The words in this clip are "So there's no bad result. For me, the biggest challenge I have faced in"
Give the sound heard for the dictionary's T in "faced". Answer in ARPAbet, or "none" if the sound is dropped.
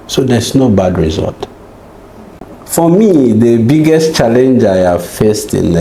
T